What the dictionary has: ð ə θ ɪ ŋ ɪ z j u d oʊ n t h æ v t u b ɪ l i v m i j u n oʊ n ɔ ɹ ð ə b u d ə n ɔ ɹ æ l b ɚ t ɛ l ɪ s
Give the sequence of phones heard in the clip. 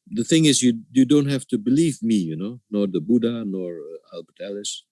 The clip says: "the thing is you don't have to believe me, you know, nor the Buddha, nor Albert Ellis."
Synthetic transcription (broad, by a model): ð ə θ ɪ ŋ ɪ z j u d oʊ n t h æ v t u b ɪ l i v m i j u n oʊ n ɔ ɹ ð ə b u d ə n ɔ ɹ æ l b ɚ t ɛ l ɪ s